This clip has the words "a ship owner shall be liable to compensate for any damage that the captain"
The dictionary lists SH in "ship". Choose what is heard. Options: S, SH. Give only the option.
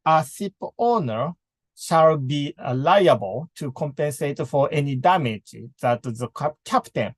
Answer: S